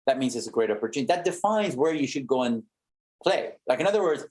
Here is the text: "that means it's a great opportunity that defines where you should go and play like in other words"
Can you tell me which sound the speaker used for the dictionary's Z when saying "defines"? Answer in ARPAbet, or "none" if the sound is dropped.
Z